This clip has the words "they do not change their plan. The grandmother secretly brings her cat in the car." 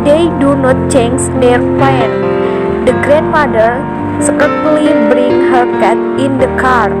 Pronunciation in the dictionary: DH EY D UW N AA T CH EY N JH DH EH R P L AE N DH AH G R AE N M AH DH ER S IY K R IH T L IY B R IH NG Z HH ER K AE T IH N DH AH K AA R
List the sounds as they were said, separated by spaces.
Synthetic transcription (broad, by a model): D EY D UW N AA T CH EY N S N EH R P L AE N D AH G R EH N M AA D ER S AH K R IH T L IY B R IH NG HH ER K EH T IH N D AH K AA R